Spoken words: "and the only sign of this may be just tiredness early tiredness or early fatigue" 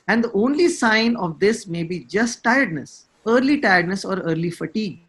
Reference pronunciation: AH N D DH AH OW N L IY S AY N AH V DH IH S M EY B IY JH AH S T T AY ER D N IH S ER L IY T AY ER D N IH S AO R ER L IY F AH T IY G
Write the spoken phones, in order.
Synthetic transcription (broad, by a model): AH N D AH OW N L IY S AY N AH V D IH S M EY B IY JH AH S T T AY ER D N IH S ER L IY T AY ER D N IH S AO R ER L IY F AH T IY G